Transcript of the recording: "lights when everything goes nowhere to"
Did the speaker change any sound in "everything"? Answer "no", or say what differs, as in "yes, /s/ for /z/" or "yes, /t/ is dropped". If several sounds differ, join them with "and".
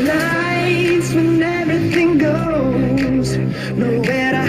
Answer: no